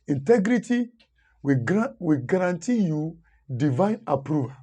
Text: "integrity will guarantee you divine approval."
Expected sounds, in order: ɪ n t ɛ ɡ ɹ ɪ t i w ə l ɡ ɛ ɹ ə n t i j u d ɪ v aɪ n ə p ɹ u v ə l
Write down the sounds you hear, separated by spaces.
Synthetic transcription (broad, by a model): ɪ n t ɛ ɡ ɹ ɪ t i w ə w ɡ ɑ ɹ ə n t i j u d ɪ v aɪ n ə p ɹ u v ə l